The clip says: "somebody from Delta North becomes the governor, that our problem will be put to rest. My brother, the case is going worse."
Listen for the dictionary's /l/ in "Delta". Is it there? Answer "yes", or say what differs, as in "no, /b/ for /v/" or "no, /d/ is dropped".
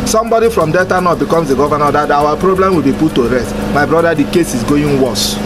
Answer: no, /l/ is dropped